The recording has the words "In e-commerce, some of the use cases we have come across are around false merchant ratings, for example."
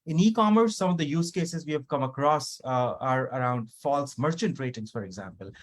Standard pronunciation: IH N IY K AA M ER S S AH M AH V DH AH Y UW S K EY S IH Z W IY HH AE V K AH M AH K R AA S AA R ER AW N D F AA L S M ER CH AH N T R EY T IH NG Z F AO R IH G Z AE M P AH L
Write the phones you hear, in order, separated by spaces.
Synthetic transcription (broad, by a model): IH N IY K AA M ER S S AH M AH V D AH Y UW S K EY S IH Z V IY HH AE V K AH M AH K R AA S AA R ER AW N D F AA L S M ER CH AH N T R EY T IH NG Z F AO R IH G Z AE M P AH L